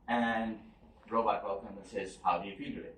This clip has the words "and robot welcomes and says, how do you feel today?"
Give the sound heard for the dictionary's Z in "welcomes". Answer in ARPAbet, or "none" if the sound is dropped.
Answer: none